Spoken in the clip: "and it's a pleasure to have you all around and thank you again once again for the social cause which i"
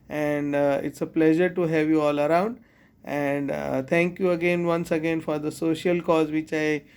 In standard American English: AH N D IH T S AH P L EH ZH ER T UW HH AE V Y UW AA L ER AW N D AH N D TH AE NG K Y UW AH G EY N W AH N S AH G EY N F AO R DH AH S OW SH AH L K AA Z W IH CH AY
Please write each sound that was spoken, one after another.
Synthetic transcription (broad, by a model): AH N D IH T S AH P L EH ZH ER T UW HH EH V Y UW AA L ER AW N D AH N D T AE NG K Y UW AH G EY N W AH N S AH G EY N F AO R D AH S OW SH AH L K AA Z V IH CH AY